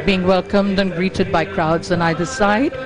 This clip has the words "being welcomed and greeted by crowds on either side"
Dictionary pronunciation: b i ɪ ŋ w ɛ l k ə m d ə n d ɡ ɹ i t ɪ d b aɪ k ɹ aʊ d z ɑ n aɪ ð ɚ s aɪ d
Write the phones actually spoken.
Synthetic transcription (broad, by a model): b i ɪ ŋ w ɛ l k ə m d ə n ɡ ɹ i t ɪ d b aɪ k ɹ aʊ d z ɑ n aɪ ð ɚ s aɪ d